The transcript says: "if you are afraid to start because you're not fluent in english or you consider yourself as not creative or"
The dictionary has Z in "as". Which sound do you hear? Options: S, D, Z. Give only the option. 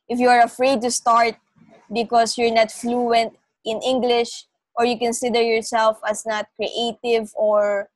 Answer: S